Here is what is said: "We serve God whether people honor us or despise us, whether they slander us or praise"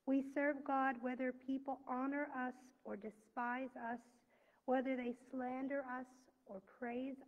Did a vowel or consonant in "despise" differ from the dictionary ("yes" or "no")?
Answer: no